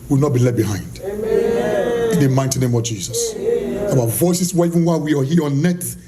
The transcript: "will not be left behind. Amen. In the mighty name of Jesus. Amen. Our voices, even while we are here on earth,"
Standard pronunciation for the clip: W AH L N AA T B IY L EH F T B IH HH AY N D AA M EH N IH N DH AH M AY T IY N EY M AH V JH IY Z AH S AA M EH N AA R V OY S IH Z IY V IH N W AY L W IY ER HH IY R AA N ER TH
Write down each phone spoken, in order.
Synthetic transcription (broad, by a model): W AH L N AA T B IY L EH T B IH HH AY N D IH N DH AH M AY T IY N EY M AH V JH IY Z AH S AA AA V OY S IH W IY V IH N W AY W IY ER HH IY R AA N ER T